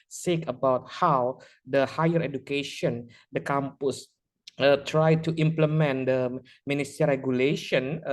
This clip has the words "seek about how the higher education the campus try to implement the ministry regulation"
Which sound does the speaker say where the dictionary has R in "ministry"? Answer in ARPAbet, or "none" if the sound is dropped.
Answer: none